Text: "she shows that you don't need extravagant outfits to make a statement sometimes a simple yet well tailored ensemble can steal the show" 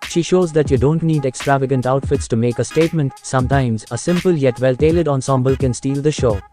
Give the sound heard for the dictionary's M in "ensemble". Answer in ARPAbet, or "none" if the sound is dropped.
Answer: M